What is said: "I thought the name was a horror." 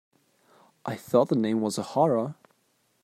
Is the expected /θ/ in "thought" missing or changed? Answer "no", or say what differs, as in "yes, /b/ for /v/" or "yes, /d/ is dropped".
no